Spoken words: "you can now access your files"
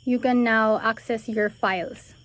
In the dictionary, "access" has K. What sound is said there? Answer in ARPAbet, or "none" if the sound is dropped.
K